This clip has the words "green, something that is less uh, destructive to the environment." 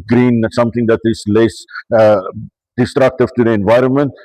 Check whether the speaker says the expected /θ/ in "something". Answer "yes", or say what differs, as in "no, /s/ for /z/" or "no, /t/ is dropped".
no, /t/ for /θ/